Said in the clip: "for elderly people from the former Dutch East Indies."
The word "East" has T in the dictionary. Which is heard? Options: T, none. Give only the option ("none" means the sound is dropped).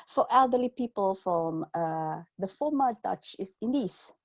none